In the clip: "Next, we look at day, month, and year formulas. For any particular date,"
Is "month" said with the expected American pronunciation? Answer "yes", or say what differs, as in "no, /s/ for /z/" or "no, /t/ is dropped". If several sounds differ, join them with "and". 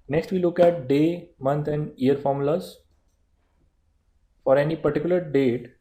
no, /t/ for /θ/